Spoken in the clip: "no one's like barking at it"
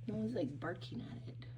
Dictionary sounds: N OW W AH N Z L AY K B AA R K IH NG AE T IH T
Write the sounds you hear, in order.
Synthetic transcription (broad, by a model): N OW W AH Z L AY K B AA R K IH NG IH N IH T